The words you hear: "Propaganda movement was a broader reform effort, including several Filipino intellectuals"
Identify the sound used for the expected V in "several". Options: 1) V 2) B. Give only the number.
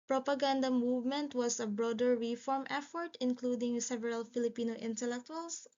1